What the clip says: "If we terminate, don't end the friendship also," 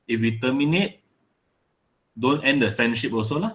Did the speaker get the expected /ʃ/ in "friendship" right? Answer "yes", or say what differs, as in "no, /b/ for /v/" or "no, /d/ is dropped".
yes